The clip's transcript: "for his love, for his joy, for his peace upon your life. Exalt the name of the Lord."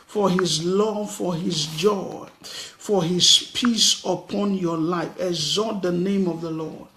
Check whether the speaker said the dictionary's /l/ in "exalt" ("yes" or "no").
no